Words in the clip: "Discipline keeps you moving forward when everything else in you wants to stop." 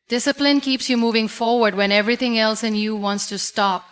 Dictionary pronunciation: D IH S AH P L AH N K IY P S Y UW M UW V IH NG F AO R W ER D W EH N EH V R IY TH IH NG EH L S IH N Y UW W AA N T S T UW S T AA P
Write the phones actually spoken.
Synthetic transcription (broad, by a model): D IH S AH P L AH N K IY P S Y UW M UW V IH NG F AO R W ER D W EH N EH V R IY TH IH NG EH L S IH N Y UW W AA N T S T UW S T AA P